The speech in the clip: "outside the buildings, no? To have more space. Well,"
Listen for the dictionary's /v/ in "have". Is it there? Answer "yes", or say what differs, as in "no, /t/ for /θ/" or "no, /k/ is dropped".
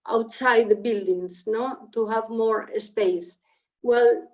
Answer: yes